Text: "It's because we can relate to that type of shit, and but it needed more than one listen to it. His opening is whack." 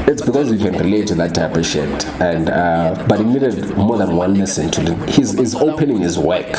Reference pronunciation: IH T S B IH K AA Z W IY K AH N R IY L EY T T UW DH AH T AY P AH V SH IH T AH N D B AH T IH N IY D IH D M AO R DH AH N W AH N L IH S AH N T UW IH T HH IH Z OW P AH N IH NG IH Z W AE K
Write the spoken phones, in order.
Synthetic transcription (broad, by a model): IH T S B IH K AA Z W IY K AH N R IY L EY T T UW DH AH T AY P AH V SH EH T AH N D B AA T IH N IY D IH D M AO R DH AH N W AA N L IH S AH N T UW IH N HH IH Z OW P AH N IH NG IH Z W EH K